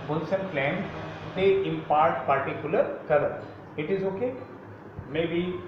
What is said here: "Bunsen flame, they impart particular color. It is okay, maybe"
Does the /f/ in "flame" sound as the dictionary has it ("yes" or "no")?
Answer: no